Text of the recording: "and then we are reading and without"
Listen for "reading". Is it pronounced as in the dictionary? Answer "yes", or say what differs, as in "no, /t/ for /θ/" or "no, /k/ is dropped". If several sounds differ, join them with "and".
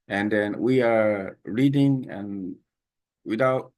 yes